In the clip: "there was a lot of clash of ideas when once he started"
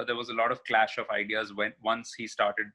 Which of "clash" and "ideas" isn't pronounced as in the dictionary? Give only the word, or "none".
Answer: none